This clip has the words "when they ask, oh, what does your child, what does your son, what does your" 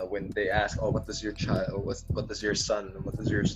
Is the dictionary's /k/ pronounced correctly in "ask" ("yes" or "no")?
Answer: yes